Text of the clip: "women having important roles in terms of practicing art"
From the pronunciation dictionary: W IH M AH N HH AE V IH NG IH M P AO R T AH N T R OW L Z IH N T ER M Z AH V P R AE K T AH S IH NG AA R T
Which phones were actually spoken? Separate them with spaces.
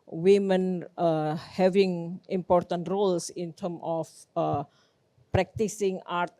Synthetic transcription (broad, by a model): W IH M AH N HH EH V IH NG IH M P AO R T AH N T R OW L S IH N T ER M AH F P R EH K T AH S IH NG AA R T